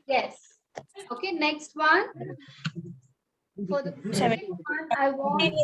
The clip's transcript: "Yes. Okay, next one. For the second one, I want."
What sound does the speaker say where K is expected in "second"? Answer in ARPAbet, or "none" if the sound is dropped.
none